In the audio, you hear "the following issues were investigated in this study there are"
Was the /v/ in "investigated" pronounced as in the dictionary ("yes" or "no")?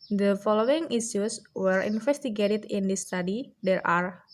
no